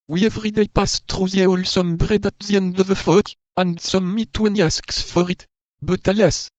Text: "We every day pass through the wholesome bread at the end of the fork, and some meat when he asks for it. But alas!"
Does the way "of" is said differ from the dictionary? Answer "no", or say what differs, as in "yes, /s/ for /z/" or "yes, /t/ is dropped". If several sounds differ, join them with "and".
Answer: no